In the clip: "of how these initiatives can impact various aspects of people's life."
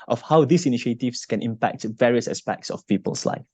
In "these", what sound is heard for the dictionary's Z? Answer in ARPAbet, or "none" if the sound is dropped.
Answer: S